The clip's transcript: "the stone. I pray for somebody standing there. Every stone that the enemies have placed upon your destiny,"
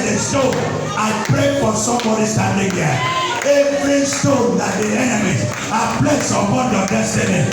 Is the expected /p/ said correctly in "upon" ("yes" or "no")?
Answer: no